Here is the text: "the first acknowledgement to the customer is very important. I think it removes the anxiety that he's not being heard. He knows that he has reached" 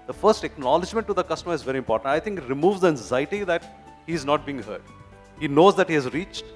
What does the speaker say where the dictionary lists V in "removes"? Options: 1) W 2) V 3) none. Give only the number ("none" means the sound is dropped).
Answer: 2